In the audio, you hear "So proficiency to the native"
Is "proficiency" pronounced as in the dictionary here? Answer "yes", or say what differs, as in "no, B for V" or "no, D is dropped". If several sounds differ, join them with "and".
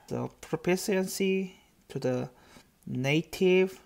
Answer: no, P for F and S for SH